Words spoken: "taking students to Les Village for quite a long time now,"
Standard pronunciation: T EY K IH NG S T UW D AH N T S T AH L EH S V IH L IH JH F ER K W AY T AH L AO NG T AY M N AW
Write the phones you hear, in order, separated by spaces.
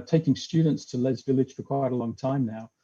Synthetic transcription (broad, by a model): T EY K IH NG S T UW D N T S T AH L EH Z V IH L IH JH F ER K W AY T AH L AO NG T AY M N AW